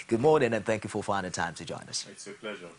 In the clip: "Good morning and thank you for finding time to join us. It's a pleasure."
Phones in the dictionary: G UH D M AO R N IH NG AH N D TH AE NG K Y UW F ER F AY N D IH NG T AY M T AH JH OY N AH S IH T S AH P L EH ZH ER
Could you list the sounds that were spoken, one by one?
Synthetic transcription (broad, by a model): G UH D M AO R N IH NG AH N TH AE NG K Y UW F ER F AY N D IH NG T AY M T AH JH OY N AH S S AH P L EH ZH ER